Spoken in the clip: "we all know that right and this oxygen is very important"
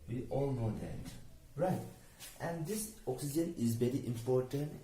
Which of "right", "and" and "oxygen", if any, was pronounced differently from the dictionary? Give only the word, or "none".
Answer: none